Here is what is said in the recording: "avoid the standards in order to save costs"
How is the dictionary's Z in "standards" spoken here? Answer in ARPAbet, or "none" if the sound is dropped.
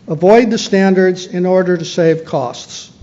Z